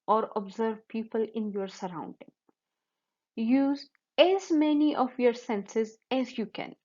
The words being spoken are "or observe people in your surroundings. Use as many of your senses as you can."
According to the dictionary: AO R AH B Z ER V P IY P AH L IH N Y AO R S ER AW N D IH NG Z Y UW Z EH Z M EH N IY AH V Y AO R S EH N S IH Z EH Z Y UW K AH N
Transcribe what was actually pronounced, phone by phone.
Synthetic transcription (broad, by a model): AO R AH B Z ER V P IY P AH L IH N Y AO R S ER AW N D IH NG Y UW Z EH Z M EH N IY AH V Y AO R S EH N S IH Z EH Z Y UW K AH N